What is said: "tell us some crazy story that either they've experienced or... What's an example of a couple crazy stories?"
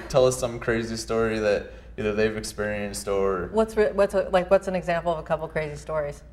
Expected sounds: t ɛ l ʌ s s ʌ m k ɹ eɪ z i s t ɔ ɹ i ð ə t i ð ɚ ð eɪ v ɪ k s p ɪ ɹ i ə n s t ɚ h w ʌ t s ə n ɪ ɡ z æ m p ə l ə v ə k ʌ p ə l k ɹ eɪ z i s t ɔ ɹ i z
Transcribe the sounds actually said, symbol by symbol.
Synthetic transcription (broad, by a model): t ɛ l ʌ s s ʌ m k ɹ eɪ z i s t ɔ ɹ i ð ə t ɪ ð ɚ ð eɪ v ɪ k s p ɪ ɹ i ə n s t ɚ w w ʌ t s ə n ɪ ɡ z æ m p l ə v ə k ʌ p l k ɹ eɪ z i s t ɔ ɹ i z